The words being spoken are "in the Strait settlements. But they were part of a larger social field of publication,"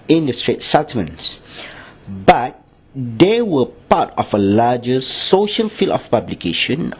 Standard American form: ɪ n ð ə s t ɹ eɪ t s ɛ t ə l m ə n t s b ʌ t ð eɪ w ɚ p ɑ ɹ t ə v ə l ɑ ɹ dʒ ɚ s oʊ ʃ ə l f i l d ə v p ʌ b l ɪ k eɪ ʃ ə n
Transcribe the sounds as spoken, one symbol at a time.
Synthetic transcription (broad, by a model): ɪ n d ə s t ɹ eɪ t s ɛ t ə m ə n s b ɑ t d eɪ w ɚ p ɑ t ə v ə l ɑ dʒ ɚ s oʊ ʃ ə l f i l ə f p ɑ b l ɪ k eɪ ʃ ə n